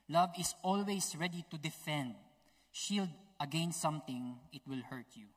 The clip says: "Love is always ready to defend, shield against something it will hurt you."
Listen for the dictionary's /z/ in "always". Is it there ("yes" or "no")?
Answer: no